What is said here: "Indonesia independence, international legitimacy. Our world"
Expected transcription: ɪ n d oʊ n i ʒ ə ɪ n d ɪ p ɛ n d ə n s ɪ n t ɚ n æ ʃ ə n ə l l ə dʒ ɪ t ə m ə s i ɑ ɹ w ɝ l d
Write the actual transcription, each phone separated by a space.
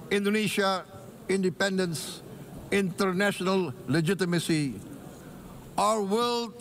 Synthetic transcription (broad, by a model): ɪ n d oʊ n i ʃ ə ɪ n d ɪ p ɛ n d ə n s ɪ n t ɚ n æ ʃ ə n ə l l ə dʒ ɪ t ə m ə s i ɑ ɹ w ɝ l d